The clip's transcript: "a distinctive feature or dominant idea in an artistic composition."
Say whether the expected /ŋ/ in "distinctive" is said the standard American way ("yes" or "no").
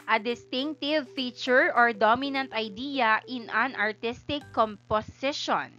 yes